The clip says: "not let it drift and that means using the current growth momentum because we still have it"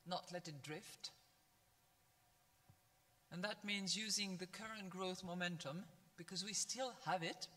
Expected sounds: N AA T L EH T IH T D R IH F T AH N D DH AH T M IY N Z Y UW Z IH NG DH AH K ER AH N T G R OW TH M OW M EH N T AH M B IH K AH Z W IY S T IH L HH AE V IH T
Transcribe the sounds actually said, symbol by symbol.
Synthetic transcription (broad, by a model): N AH T L EH T IH T D R IH F T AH N DH AH T M IY N Z Y UW Z IH NG DH AH K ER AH N G R OW TH M OW M EH N T AH M B IH K AH Z W IY S T IH L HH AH V IH T